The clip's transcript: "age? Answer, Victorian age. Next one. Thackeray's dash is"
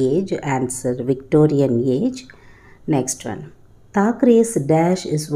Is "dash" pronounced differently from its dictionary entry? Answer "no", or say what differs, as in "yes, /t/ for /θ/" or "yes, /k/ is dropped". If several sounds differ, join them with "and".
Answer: no